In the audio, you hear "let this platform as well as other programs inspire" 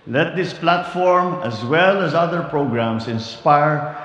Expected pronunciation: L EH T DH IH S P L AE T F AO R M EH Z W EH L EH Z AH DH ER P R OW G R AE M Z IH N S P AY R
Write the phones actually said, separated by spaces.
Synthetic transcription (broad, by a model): L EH T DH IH S P L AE T F AO R M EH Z W EH L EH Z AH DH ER P R OW G R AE M S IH N S P AY R